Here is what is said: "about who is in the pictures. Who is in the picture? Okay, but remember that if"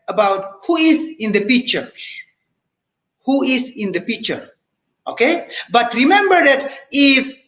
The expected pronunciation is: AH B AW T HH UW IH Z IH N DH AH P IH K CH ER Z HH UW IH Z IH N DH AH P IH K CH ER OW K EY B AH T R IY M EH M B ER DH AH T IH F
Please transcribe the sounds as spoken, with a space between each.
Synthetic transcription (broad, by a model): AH B AW T HH UW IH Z IH N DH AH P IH K CH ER HH UW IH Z IH N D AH P IH K CH ER OW K EY B AH T R IY M EH M B ER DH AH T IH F